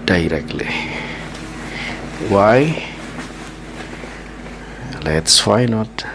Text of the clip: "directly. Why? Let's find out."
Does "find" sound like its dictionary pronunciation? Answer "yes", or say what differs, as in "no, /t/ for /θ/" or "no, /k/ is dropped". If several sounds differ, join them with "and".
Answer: no, /d/ is dropped